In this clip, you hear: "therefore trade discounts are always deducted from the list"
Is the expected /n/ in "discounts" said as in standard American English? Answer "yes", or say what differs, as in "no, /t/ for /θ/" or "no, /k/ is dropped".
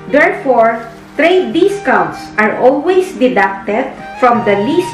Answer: no, /n/ is dropped